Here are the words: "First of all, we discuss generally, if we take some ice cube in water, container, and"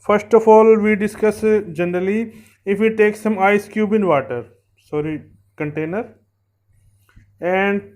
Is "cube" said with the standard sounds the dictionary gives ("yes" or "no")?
yes